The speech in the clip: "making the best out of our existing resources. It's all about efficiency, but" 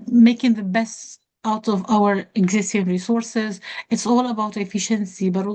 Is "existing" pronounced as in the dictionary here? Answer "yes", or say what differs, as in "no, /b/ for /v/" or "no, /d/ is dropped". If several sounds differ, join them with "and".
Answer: yes